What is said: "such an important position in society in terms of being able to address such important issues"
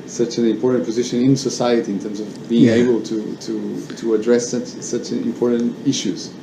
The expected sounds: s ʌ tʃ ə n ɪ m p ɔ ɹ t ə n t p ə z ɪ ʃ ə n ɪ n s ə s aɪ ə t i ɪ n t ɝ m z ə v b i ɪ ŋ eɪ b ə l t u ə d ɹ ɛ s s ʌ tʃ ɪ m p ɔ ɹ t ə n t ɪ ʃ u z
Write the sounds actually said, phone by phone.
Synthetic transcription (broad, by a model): s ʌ tʃ ə n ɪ m p ɔ ɹ t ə n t p ə z ɪ ʃ ə n ɪ n s ə s aɪ ə t i ɪ n t ɝ m z ə v b i ɪ ŋ eɪ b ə l t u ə d ɹ ɛ s s ʌ tʃ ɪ m p ɔ ɹ t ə n t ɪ ʃ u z